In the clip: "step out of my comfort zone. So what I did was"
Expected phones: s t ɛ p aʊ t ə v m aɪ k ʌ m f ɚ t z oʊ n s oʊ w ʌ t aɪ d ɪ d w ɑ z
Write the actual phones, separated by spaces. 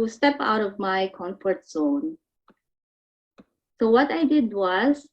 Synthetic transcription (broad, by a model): s t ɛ p aʊ t ə v m aɪ k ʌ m f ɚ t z oʊ n s oʊ w ʌ t aɪ d ɪ d w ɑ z